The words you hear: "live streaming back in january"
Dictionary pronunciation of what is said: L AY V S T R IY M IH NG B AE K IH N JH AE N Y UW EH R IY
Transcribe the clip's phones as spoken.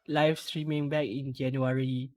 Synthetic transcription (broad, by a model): L AY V S T R IY M IH NG B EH K IH N JH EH N Y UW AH R IY